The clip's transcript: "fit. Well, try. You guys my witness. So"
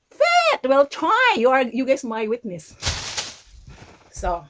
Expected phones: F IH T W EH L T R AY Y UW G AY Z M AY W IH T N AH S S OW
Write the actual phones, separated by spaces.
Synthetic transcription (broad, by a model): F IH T W EH L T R AY Y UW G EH S M AY W IH T N AH S S OW